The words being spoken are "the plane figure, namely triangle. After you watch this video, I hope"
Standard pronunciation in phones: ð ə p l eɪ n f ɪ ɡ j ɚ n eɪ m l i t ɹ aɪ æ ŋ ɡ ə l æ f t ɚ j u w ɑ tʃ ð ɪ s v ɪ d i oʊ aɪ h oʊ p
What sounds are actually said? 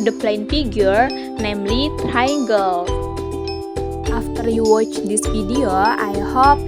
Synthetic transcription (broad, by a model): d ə p l eɪ n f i ɡ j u n eɪ m l i t ɹ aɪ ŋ ɡ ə l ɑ f t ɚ j u w ɑ tʃ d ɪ s f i d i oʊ aɪ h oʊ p